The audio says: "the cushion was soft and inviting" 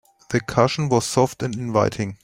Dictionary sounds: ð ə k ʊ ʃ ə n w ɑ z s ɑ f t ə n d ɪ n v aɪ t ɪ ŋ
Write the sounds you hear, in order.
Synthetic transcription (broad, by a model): ð ə k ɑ ʃ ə n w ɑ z s ɑ f t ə n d ɪ n v aɪ t ɪ ŋ